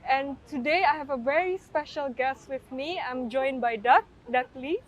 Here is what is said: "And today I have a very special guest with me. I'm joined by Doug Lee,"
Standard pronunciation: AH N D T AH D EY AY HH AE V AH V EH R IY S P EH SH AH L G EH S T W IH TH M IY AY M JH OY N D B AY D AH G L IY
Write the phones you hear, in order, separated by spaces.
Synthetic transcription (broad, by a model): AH N T AH D EY AY HH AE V AH V EH R IY S P EH SH AH L G EH S T W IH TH M IY AY M JH OY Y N B AY D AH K L IY